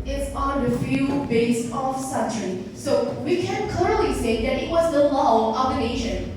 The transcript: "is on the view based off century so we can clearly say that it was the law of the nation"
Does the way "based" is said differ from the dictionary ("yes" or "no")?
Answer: yes